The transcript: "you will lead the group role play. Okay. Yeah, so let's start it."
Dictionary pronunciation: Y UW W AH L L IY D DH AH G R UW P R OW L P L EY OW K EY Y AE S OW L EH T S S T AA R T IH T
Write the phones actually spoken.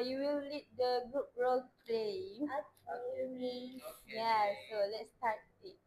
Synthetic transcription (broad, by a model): Y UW W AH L L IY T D AH G R UW P R OW L P L EY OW IY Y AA S OW L EH T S S T AA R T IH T